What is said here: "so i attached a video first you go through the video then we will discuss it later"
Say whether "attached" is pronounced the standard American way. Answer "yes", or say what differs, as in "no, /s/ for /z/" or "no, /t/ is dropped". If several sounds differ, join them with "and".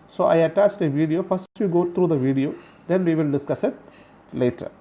yes